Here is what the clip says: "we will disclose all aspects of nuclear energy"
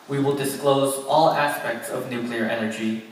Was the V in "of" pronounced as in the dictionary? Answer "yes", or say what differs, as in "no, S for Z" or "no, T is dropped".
yes